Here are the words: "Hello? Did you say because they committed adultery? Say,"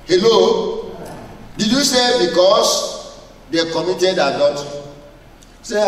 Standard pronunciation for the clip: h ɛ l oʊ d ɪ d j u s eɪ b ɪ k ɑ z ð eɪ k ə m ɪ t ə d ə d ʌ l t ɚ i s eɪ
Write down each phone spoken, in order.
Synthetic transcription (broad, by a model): h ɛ l oʊ d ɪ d j u s eɪ b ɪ k ɑ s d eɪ k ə m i t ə d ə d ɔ t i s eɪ